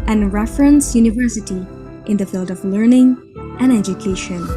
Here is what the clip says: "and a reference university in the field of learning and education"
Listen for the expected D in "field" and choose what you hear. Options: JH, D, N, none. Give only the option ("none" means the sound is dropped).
D